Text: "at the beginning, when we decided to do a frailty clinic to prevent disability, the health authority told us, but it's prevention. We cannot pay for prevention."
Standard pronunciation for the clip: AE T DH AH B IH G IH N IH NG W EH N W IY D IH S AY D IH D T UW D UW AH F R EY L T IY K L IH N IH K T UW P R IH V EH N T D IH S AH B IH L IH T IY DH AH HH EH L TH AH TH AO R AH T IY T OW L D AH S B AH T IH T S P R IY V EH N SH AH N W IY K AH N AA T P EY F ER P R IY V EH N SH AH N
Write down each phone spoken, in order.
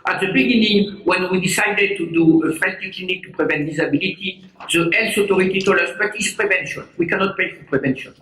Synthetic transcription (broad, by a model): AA T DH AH B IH G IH N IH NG W EH N W IY D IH S AY D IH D T UW D UW AH F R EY N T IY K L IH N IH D T UW P R IH V EH N T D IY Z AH B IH L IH T IY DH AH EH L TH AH T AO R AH T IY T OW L AH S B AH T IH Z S P R IY V EH N SH AH N W IY K AH N AA T P EY F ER P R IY V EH N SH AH N